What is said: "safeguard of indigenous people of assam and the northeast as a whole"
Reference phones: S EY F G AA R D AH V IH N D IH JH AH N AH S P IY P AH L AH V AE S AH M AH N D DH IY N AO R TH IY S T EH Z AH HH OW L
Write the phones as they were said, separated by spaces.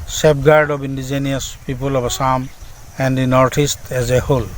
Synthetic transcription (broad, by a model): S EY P G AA R D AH B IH N D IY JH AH N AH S P IY P AH L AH B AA S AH M AH N D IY N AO R T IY S T EH Z AH HH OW L